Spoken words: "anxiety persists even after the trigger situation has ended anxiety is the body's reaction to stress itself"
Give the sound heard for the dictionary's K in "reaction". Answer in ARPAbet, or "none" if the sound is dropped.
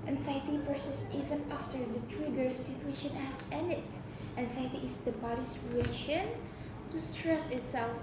none